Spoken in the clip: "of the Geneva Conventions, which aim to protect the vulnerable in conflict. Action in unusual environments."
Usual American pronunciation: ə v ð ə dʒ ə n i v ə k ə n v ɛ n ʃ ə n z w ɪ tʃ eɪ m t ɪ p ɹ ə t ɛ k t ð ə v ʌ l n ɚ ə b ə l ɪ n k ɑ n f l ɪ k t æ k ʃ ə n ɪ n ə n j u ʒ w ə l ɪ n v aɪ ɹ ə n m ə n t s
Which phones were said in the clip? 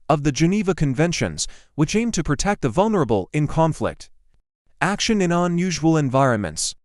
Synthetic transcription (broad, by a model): ə v ð ə dʒ ə n i v ə k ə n v ɛ n ʃ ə n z w ɪ tʃ eɪ m t ɪ p ɹ ə t ɛ k t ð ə v ʌ l n ɚ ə b l ɪ n k ɑ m f l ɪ k t æ k ʃ ə n ɪ n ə n j u ʒ w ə l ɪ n v aɪ ɹ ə n m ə n t s